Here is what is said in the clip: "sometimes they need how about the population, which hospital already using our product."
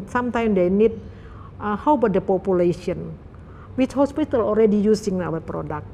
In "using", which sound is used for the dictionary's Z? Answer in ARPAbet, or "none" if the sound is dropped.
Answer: S